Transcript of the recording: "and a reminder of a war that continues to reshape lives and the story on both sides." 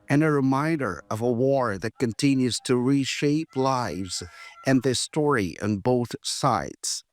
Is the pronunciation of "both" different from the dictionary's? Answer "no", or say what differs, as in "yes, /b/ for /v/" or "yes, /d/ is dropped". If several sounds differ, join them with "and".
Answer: no